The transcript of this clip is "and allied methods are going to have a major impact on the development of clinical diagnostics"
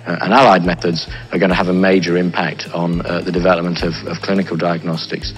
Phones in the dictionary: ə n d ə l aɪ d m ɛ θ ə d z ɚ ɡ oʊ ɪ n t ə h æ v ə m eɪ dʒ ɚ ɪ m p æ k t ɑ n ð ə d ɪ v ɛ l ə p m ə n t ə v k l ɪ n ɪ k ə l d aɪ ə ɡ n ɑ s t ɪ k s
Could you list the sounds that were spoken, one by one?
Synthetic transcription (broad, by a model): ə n ə l aɪ d m ɛ θ ə d z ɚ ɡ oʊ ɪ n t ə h v ə m eɪ dʒ ɚ ɪ m p æ k t n ð ə d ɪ v ɛ l ə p m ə n t ə v k l ɪ n ɪ k ə l d aɪ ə ɡ n ɑ s t ɪ k s